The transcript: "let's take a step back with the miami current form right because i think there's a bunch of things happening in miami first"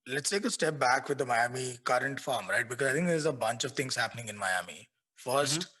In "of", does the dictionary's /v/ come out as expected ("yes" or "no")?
yes